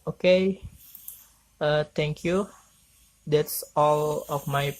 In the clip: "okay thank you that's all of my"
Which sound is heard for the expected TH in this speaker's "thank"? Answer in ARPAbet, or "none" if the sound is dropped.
T